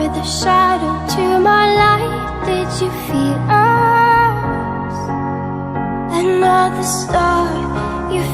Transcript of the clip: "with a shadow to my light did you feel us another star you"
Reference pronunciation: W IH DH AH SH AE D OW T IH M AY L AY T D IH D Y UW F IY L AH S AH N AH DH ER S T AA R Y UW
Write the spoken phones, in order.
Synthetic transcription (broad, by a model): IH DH AH SH AE D OW T IH M AY L AY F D IH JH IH F IY L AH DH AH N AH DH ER S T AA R Y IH